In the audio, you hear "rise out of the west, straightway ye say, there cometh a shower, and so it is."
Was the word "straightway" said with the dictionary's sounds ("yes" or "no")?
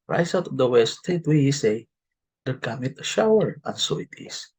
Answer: no